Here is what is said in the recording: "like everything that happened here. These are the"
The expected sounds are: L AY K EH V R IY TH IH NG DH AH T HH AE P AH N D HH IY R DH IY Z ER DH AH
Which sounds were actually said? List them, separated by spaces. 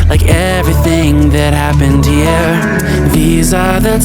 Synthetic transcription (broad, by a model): L AY K EH V R IY TH IH NG DH AH T HH AE P AH N D HH IY R DH IY Z ER DH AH